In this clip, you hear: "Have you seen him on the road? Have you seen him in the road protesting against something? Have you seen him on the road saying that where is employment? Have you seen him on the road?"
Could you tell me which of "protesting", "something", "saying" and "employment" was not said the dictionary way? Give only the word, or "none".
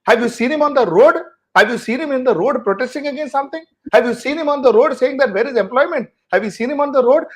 something